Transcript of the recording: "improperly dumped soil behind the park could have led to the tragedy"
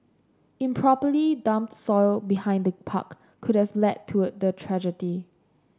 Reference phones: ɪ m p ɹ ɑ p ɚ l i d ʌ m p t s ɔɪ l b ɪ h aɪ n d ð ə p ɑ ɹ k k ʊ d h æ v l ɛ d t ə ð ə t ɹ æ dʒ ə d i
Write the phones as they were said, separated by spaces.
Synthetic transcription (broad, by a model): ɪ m p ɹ ɑ p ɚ l i d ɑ m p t s ɔɪ l b ɪ h aɪ n d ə p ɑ k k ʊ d h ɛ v l ɛ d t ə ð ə t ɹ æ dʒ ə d i